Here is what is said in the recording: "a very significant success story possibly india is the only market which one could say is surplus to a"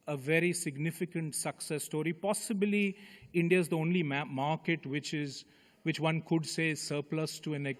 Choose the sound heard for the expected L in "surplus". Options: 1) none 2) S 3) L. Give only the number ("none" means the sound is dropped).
3